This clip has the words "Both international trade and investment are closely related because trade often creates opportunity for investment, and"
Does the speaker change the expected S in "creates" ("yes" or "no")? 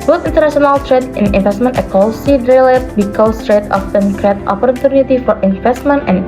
yes